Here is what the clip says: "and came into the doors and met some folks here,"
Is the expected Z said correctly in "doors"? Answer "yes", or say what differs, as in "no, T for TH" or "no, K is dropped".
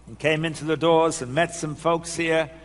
yes